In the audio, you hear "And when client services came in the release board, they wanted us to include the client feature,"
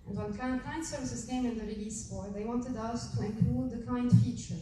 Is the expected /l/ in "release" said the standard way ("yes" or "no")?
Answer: yes